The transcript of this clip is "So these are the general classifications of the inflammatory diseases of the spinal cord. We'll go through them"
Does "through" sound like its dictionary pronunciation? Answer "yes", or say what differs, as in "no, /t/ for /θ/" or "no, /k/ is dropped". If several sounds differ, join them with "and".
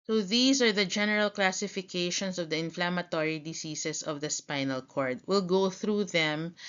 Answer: yes